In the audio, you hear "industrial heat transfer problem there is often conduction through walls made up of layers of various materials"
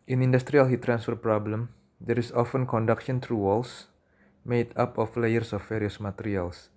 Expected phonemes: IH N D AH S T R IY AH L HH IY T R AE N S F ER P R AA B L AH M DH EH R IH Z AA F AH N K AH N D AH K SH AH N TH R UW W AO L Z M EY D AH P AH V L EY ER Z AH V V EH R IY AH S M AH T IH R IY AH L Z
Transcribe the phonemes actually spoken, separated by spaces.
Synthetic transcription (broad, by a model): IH N D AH S T R IY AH L HH IY T R AE N S F ER P R AA B L AH M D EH R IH S AA F AH N K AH N D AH K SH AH N T R UW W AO L S M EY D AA P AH F L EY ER S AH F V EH R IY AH S M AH T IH R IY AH L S